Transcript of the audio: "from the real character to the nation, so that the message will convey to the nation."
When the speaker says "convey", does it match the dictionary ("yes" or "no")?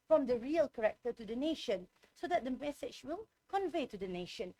yes